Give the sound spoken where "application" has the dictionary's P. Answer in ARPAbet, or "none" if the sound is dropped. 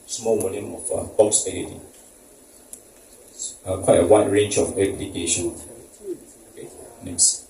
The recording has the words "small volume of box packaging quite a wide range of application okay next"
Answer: B